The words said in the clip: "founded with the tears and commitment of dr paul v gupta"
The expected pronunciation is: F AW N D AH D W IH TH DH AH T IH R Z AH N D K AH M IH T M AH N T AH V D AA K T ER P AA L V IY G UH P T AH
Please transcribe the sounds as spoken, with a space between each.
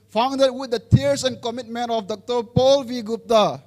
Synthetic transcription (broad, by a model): F AW N D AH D W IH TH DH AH T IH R S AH N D K AH M IH T M AH N T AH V D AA K T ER P AA L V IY G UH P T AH